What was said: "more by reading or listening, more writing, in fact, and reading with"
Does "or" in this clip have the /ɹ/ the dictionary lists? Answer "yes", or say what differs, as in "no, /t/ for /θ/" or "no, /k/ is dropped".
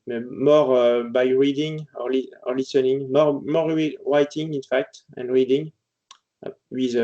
no, /l/ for /ɹ/